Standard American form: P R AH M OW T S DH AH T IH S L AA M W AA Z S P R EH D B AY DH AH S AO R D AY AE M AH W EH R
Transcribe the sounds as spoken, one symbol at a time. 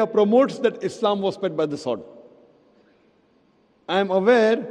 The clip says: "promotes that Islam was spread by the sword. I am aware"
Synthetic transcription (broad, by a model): P R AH M OW T S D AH T IH S L AA M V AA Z S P EH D B AY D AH S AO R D AY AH M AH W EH R